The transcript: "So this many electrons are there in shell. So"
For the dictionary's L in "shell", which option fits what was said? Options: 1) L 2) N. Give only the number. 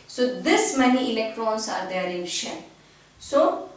2